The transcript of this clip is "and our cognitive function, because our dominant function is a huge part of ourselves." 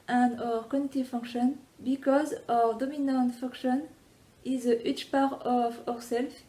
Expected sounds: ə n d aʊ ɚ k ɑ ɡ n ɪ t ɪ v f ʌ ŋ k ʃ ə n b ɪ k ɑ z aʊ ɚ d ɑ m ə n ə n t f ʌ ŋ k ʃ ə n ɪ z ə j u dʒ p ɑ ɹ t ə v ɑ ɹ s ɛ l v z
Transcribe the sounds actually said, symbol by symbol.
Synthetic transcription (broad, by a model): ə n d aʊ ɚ k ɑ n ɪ t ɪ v f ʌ ŋ k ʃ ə n b ɪ k ɑ z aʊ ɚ d ɑ m ə n ə n t f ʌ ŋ k ʃ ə n ɪ z ə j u tʃ p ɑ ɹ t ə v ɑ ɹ s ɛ l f